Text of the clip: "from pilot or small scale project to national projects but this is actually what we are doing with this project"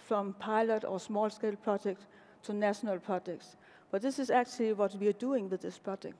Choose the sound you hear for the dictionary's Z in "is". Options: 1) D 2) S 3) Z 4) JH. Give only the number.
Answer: 2